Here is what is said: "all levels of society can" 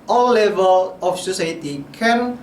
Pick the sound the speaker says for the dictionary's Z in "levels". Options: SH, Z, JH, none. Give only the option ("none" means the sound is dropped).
none